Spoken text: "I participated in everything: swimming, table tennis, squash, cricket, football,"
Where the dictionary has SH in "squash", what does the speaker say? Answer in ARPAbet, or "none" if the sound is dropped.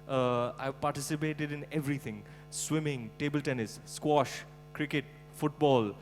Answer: SH